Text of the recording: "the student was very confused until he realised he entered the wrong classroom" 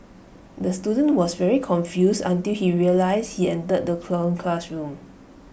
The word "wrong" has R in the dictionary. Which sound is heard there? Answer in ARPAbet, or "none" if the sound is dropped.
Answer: L